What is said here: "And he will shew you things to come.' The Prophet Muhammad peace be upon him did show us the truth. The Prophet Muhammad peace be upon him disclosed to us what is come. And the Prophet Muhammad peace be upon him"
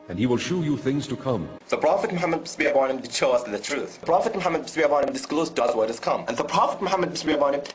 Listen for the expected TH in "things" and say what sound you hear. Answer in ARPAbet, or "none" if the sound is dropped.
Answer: TH